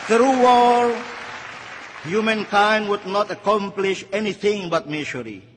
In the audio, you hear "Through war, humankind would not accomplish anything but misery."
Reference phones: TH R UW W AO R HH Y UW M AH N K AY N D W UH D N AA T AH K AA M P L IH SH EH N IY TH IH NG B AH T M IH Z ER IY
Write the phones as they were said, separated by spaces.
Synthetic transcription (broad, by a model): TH R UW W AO L HH Y UW M AH N K AY N D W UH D N AA T AH K AA M P L IH SH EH N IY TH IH NG B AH T M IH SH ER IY